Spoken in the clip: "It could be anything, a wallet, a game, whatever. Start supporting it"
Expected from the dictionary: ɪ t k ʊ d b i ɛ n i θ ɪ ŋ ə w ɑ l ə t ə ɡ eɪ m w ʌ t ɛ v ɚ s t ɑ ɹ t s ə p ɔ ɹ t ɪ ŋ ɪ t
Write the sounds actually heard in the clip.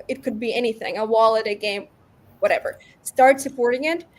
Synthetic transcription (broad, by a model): ɪ t k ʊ d b i ɛ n i θ ɪ ŋ ə w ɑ l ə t ə ɡ eɪ m w ʌ t ɛ v ɚ s t ɑ ɹ t s ə p ɔ ɹ t ɪ ŋ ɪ t